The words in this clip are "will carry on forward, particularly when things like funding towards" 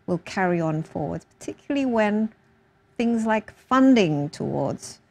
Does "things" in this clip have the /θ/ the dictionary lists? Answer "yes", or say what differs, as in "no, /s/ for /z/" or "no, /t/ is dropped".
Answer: yes